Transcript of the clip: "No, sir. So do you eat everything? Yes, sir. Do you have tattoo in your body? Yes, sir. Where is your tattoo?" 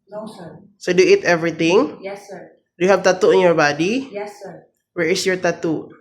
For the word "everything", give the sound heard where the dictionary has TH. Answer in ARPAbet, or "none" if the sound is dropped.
T